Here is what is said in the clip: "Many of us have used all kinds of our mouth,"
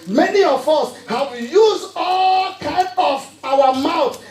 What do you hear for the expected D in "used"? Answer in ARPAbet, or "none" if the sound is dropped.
none